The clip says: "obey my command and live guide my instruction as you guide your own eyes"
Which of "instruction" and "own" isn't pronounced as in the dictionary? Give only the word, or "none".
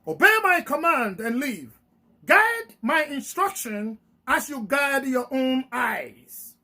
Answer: none